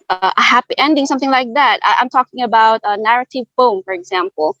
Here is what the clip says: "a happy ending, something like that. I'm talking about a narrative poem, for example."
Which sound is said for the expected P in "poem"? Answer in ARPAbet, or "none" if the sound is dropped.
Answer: F